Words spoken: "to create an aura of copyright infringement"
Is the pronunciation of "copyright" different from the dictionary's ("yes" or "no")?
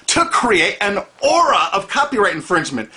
no